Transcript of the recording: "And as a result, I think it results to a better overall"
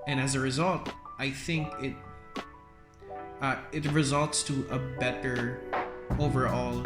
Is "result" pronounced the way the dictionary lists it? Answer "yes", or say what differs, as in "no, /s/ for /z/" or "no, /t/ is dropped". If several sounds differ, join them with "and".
yes